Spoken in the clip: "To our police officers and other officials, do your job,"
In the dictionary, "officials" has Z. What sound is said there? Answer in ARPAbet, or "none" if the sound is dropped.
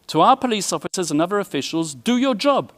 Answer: Z